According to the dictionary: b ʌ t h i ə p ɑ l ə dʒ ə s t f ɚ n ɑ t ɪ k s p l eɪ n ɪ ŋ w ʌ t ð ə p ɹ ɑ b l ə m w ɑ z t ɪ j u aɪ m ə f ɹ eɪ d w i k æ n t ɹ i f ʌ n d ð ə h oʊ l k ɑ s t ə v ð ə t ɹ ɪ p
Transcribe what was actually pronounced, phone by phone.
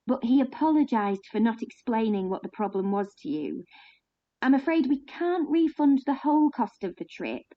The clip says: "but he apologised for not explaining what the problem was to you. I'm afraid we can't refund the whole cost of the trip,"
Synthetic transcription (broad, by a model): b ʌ t h i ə p ɑ l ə dʒ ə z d f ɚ n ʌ t ɪ k s p l eɪ n ɪ ŋ w ʌ t ð ə p ɹ ɑ b l ə m w ɑ z t ɪ j u aɪ m ə f ɹ eɪ d w i k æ n t ɹ i f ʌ n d ð ə h oʊ l k ɑ s t ə v ð ə t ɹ ɪ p